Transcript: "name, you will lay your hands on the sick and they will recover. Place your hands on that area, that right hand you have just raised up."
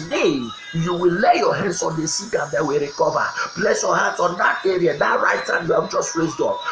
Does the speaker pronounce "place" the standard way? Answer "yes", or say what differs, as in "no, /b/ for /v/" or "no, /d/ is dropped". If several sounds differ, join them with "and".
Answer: no, /b/ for /p/